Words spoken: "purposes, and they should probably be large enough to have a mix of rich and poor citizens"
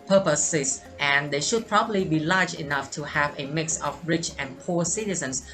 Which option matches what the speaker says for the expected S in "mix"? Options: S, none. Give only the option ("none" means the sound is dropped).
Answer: S